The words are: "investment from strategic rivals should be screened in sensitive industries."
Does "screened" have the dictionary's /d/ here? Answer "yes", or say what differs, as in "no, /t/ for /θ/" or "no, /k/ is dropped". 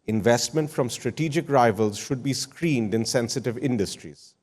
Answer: yes